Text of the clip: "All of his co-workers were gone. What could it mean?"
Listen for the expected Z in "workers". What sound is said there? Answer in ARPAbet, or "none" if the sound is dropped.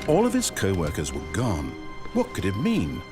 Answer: Z